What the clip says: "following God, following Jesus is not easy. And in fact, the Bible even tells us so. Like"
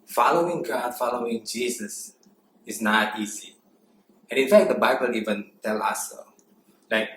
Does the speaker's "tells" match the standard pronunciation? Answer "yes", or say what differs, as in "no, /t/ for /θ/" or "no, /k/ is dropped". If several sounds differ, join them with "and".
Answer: no, /z/ is dropped